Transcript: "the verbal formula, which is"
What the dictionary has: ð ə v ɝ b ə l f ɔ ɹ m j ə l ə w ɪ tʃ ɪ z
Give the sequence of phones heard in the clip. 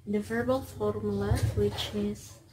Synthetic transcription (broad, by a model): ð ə v ɝ b ə l f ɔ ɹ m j l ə w ɪ tʃ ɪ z